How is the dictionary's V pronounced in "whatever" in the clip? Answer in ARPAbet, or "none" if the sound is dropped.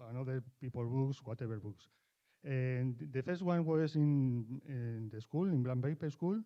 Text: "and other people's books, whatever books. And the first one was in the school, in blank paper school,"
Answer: B